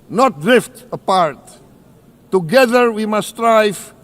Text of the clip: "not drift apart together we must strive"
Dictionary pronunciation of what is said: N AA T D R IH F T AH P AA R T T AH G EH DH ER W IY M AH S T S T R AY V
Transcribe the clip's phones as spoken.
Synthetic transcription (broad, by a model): N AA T D R IH F T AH P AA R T T AH G EH DH ER W IY M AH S S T R AY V